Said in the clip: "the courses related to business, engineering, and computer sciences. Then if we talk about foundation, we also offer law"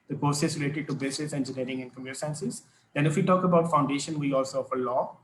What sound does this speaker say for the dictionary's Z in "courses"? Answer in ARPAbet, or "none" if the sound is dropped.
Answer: S